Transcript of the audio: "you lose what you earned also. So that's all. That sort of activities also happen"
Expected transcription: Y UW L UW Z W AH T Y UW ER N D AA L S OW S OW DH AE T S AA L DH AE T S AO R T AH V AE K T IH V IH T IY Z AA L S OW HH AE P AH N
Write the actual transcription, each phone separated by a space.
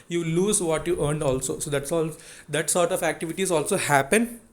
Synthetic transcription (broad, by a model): Y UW L UW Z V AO T Y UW ER N D AA L S OW S OW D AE T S AA L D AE T S AO R T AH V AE K T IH V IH T IY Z AA L S OW HH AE P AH N